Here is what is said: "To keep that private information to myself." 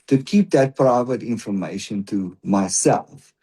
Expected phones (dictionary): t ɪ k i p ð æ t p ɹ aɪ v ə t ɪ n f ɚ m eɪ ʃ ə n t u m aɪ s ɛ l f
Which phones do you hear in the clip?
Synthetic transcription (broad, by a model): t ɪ k i p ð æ t p ɹ aɪ v ə t ɪ n f ɚ m eɪ ʃ ə n t u m aɪ s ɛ l f